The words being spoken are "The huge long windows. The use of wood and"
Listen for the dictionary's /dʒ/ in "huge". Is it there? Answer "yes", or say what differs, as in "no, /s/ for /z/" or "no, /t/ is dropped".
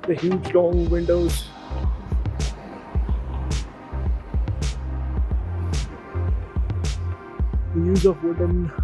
yes